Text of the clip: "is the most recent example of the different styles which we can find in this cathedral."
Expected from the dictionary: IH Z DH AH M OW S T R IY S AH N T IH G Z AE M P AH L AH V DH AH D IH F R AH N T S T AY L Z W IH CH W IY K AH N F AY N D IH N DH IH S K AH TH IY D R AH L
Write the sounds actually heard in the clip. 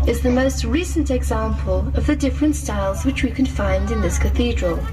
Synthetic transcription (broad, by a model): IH Z DH AH M OW S T R IY S AH N T IH G Z AE M P AH L AH V DH AH D IH F R AH N T S T AY L Z W IH CH W IY K AH N F AY N D IH N DH IH S K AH TH IY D R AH L